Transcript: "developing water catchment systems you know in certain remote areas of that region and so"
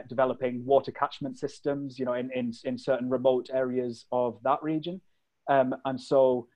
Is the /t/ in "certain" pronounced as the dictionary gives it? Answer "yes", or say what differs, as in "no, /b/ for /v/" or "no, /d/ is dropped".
no, /s/ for /t/